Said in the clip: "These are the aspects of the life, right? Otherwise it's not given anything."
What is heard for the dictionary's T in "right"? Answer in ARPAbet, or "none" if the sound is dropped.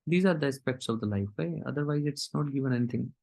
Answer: none